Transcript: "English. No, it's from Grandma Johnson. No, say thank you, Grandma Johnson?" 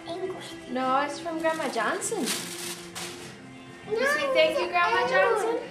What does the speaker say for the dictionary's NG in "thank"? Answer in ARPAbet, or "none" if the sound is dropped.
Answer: none